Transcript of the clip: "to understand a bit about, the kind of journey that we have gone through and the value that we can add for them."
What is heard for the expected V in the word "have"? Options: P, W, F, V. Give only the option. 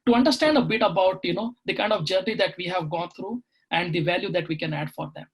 V